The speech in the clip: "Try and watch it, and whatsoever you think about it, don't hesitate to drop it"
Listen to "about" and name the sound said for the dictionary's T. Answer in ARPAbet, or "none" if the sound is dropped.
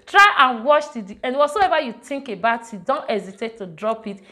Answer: T